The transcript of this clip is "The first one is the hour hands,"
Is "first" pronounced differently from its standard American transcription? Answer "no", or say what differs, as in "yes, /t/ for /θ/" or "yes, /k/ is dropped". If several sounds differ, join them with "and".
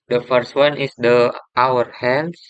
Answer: no